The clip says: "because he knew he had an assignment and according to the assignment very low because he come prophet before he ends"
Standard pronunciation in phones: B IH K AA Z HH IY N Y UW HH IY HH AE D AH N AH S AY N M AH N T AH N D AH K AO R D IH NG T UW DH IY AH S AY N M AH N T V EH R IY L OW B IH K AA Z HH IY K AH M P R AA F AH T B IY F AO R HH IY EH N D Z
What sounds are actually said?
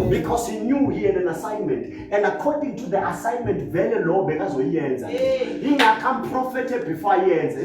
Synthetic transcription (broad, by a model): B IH K AA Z HH IY N Y UW HH IY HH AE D AH N AH S AY N M AH N T AH N D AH K AO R D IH NG T UW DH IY AH S AY N M AH N T V EH L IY L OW B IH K AA Z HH IY K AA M P R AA F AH T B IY F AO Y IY EH N Z